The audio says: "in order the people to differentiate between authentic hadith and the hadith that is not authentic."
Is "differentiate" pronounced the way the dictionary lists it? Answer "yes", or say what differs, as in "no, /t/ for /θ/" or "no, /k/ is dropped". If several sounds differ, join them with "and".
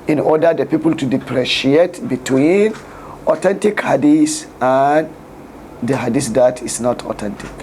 no, /p/ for /f/ and /n/ is dropped